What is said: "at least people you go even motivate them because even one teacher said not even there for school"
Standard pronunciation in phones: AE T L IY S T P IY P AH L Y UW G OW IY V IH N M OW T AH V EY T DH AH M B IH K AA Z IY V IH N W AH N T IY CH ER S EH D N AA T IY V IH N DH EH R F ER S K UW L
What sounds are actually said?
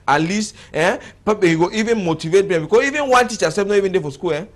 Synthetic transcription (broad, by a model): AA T L IY S T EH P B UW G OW IY V IH N M OW T AH V EY T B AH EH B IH K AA IY V IH N W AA N T IY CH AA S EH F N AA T IY V IH N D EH F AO S K UW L